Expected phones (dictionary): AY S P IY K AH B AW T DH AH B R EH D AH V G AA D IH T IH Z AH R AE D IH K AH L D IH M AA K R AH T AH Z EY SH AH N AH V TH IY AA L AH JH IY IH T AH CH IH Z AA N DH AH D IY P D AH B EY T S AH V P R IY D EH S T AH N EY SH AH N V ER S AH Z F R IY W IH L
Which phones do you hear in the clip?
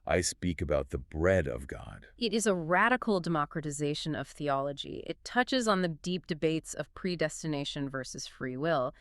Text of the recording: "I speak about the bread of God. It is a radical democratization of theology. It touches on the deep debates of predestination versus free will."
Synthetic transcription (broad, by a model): AY S P IY K AH B AW T DH AH B R EH D AH V G AA D IH T IH Z AH R AE D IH K L D IH M AA K R AH T AH Z EY SH AH N AH V TH IY AA L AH JH IY IH T AH CH IH Z N DH AH D IY P D AH B EY T S AH V P R IY D EH S T AH N EY SH AH N V ER S AH Z F R IY W IH L